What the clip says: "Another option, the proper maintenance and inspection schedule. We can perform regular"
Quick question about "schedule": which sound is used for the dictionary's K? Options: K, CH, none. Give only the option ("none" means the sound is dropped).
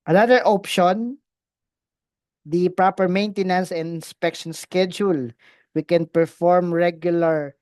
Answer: K